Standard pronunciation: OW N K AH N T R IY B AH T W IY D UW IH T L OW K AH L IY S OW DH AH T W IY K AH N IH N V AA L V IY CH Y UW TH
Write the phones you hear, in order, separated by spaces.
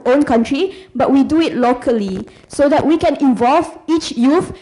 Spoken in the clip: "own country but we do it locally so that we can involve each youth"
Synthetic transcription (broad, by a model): OW N K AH N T R IY B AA T W IY D UW IH T L OW K AH L IY S OW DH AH T W IY K AH N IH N V AA L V IY CH Y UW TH